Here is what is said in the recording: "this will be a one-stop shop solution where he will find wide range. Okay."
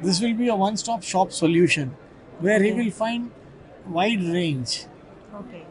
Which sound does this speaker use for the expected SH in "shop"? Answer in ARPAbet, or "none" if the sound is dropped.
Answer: SH